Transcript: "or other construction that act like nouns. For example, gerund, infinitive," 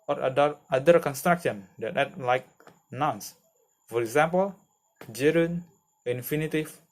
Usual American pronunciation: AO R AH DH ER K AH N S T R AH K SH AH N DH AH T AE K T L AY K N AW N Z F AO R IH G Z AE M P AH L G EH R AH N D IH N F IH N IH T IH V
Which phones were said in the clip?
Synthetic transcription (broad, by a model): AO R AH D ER K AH N S T R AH K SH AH N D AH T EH T L AY K N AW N S F AO R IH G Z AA M P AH L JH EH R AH N IH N F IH N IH T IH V